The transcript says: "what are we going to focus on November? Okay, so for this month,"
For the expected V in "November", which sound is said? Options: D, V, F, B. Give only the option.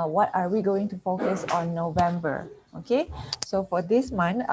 V